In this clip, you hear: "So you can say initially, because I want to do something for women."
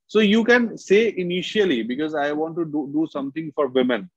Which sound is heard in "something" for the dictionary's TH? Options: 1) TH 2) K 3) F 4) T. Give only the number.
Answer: 4